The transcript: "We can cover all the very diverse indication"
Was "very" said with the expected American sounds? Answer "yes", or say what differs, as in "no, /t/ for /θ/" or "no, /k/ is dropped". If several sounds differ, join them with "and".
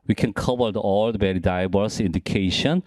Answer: no, /b/ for /v/